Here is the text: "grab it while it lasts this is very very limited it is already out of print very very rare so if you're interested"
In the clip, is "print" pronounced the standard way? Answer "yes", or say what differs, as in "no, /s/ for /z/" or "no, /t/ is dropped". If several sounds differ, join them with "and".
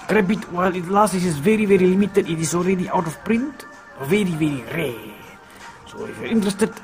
yes